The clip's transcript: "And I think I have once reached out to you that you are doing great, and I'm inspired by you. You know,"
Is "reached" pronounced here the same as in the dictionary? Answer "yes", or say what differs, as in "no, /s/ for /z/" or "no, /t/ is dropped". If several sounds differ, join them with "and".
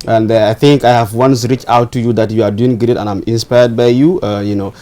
no, /t/ is dropped